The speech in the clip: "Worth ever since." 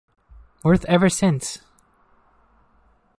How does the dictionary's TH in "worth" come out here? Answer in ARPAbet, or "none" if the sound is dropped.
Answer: TH